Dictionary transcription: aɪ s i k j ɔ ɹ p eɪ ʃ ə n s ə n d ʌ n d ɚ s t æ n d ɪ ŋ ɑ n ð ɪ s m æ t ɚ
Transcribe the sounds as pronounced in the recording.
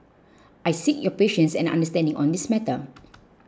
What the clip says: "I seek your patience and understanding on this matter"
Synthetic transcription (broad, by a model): aɪ s i k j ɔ p eɪ ʃ ə n s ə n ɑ n d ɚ s t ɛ n d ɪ ŋ ɑ n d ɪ s m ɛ t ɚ